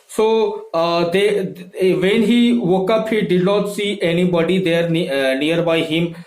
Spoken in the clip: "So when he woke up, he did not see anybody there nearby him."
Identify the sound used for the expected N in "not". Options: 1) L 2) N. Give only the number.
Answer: 1